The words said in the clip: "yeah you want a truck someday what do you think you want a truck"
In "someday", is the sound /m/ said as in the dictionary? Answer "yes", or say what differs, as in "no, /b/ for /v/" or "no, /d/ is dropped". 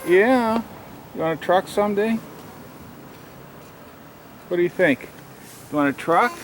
yes